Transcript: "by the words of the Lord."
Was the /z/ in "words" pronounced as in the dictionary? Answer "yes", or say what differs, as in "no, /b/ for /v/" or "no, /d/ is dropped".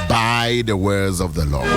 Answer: yes